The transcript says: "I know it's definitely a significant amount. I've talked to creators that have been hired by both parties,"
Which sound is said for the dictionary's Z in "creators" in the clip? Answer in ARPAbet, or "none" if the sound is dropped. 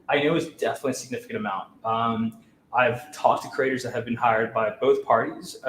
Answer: Z